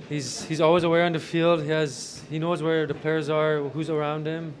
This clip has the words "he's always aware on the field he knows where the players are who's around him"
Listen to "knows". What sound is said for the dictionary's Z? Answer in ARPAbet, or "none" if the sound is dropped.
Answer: Z